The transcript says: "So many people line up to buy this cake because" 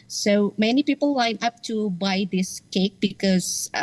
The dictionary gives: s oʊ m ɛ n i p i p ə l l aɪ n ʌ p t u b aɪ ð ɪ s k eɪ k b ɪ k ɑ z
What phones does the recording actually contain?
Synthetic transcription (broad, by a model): s oʊ m ɛ n i p i p ə l l aɪ n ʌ p t u b aɪ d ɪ s k eɪ k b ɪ k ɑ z